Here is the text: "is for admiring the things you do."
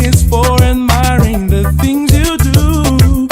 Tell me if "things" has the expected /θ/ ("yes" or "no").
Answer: yes